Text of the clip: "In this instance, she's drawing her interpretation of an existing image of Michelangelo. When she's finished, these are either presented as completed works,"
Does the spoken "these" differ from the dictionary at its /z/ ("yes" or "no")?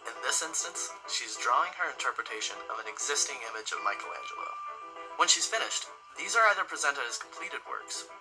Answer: no